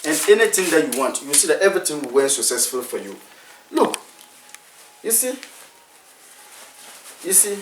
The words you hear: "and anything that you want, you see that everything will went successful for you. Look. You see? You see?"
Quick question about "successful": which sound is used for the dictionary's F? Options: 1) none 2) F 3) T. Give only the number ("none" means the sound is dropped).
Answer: 2